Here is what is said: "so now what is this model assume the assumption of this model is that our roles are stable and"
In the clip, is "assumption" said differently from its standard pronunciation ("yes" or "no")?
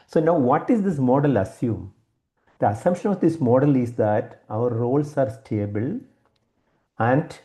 yes